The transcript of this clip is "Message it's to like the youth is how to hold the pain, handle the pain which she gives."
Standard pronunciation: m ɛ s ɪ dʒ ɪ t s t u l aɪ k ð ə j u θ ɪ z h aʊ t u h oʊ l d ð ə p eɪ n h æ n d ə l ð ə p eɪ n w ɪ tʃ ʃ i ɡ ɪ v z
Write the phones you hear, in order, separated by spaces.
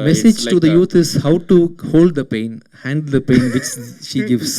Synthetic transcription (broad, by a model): m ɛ s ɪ dʒ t t u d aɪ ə j u t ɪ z h aʊ t u h oʊ l d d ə p eɪ n h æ n d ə l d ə p eɪ n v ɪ tʃ ʃ i ɡ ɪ v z